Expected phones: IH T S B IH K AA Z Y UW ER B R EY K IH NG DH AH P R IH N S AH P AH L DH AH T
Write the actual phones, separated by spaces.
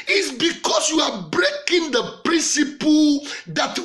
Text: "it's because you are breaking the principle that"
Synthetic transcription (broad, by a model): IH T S B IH K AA S Y UW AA B R EY K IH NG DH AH P R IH N S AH P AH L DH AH T